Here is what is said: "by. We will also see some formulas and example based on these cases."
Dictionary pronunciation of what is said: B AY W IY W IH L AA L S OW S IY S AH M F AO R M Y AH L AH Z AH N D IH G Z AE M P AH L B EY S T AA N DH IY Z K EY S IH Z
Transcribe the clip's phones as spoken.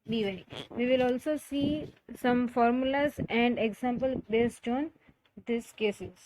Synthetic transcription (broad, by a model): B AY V IY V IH L AA L S OW S IY S AH M F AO R M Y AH L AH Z AH N D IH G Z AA M P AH L B EY S T AA N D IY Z K EY S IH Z